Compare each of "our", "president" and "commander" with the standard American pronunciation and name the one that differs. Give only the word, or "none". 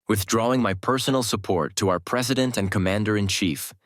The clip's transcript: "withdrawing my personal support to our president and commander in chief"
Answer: none